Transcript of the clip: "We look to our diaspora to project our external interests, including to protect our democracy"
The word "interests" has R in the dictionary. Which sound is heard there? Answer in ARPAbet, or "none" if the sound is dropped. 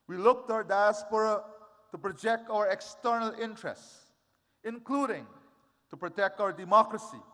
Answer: R